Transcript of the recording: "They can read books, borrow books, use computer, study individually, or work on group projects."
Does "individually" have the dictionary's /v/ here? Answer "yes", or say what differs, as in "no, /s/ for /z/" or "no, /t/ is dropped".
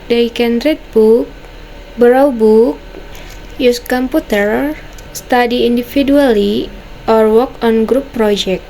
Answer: no, /f/ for /v/